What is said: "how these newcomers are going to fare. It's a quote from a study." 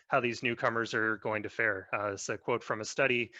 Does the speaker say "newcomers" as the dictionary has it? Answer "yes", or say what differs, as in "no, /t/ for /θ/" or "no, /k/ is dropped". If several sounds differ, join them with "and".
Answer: yes